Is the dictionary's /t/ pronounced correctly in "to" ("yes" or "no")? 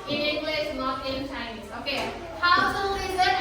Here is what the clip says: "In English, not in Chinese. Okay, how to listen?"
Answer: no